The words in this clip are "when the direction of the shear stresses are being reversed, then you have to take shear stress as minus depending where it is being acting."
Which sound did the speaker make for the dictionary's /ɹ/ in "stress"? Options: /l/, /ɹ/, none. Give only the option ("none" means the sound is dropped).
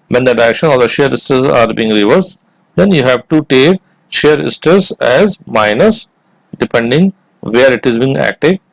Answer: none